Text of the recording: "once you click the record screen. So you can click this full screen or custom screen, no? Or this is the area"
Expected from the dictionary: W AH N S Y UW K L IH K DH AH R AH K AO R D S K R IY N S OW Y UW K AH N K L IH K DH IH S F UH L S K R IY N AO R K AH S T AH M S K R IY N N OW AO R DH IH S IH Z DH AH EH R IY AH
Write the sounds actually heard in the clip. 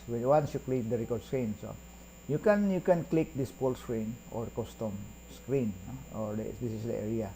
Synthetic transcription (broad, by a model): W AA N S Y UW K L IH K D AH R AH K AO R D S K R IY N S OW Y UW K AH N K L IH K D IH S P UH L S K R IY N AO R K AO S T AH M S K R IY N N OW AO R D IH S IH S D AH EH R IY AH